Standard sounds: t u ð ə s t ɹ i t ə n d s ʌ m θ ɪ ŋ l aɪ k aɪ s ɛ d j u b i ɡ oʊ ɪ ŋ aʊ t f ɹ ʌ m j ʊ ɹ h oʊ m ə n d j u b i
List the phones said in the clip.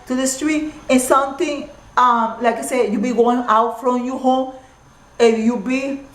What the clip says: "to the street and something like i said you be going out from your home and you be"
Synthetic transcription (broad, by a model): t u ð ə s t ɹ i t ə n s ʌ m t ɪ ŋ l aɪ k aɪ s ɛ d j u b i ɡ oʊ ɪ ŋ aʊ t f ɹ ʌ m j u h oʊ m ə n j u b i